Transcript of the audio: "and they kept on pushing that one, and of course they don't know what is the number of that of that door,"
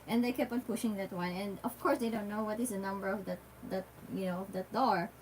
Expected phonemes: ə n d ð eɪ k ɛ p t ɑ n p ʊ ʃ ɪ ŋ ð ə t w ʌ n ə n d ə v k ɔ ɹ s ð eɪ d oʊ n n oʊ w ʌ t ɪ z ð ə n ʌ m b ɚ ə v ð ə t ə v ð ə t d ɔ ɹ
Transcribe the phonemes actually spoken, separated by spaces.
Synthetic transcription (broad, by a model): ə n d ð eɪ k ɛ p ɑ n p ʊ ʃ ɪ ŋ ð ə t w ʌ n ə n d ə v k ɔ ɹ s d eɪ d oʊ n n oʊ w ʌ t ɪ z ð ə n ʌ m b ɚ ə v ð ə t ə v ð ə t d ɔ ɹ